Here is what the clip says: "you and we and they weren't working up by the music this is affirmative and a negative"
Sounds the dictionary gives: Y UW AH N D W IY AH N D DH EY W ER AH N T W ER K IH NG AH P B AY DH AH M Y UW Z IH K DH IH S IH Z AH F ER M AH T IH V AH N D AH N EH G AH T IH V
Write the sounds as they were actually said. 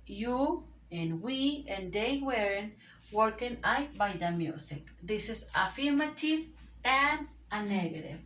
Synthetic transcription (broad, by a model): Y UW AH N W IY AH N D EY W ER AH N W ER K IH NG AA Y B AY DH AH M Y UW S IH K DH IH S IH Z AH F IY M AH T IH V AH N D AH N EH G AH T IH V